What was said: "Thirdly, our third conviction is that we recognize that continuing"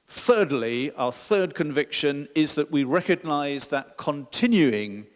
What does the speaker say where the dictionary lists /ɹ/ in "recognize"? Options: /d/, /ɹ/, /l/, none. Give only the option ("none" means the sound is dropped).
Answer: /ɹ/